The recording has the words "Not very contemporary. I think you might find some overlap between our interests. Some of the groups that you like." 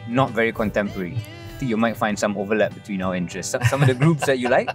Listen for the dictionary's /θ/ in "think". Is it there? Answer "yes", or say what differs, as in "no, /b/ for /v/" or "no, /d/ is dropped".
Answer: no, /t/ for /θ/